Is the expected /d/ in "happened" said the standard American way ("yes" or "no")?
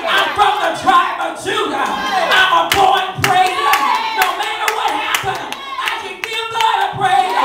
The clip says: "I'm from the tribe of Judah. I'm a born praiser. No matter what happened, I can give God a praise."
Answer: no